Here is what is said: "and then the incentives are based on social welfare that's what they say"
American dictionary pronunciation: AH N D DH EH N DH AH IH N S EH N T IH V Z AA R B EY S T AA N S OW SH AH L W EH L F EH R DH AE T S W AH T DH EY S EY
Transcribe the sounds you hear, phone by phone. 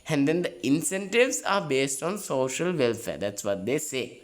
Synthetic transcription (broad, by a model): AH N D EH N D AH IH N S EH N T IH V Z AA R B EY S T AA N S OW SH AH L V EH L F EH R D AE T S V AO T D EY S EY